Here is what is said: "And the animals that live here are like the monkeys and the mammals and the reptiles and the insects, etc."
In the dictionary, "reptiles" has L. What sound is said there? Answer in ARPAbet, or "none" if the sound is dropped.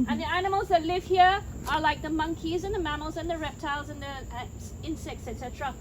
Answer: L